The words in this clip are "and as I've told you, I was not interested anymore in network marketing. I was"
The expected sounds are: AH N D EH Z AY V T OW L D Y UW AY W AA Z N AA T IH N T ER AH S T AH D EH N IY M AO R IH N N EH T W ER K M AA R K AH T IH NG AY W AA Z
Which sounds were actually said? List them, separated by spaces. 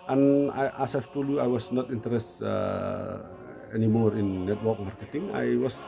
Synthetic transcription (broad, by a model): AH N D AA S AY F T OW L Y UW AY W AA S N AA T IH N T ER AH S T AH EH N IY M AO R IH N N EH T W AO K M AA R K AH T IH NG AY W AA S